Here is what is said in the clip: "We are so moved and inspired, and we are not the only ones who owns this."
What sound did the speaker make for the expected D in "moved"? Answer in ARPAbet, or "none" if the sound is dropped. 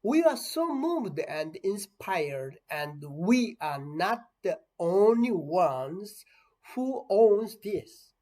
D